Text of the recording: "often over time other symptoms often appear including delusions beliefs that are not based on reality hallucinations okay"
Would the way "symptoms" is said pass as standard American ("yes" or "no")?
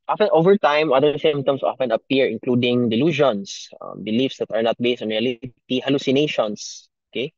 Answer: no